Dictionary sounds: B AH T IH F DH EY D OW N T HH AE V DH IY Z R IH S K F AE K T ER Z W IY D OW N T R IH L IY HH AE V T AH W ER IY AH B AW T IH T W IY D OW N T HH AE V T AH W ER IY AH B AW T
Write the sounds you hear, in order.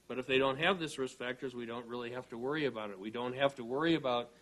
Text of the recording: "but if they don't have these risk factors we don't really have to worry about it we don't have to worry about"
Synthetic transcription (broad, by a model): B AH T IH F DH EY D OW N T HH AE V DH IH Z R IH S F AE K T ER Z W IY D OW N T R IH L IY HH AE F T AH W ER IY AH B AW T IH T W IY D OW N T HH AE F T AH W ER IY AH B AW T